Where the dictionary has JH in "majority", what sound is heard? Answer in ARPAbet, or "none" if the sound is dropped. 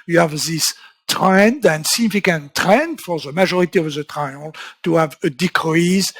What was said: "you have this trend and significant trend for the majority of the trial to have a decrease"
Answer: ZH